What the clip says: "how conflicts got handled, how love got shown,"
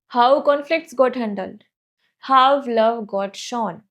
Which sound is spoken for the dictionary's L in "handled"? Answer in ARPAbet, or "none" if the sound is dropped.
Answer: L